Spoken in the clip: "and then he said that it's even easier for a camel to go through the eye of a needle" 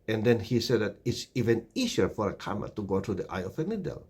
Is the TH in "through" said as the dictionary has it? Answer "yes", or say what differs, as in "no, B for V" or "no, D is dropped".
no, T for TH